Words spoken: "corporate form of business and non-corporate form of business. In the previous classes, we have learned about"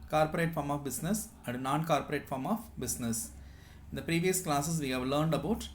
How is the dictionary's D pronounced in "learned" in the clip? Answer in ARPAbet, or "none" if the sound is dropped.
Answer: D